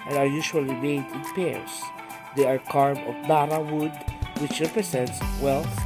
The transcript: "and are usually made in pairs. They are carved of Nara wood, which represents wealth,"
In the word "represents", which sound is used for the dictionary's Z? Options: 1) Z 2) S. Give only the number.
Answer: 2